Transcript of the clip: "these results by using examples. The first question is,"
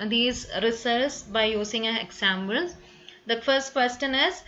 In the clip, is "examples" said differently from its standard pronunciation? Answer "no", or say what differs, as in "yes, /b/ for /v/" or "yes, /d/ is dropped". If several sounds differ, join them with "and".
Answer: yes, /b/ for /p/